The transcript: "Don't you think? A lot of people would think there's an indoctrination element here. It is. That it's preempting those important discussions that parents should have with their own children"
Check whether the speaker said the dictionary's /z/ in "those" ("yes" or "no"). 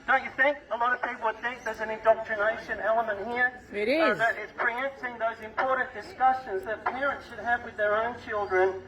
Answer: yes